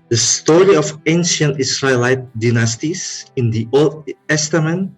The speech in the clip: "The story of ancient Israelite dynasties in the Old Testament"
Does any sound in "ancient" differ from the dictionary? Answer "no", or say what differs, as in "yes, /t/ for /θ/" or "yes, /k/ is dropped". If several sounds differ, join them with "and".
no